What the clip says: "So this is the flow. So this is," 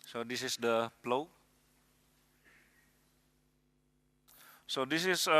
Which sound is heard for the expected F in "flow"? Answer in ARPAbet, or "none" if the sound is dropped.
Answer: P